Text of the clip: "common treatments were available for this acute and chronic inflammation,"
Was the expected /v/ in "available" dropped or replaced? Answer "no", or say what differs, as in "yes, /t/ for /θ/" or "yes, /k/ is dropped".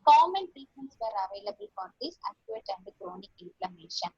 no